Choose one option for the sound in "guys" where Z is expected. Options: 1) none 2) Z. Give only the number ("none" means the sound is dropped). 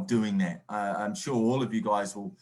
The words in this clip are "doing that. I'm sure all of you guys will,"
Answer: 2